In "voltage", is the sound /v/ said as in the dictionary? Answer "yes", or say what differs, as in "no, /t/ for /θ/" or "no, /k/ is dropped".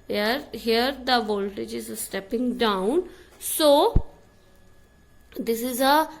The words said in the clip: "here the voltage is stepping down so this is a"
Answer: yes